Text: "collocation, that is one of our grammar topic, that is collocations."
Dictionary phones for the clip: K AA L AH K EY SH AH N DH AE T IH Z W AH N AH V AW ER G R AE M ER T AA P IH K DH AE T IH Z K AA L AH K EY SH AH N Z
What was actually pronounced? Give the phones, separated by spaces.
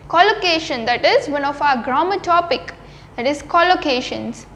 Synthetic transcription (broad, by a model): K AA L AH K EY SH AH N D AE T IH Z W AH N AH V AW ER G R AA M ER T AA P IH K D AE T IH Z K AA L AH K EY SH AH N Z